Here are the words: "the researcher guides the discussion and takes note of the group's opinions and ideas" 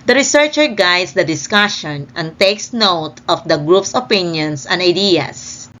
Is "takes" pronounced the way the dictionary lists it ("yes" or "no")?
yes